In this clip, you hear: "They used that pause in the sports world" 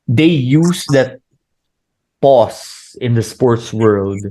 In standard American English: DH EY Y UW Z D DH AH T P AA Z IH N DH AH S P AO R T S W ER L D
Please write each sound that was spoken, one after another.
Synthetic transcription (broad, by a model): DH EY Y UW S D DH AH T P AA S IH N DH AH S P AO R T S W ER L D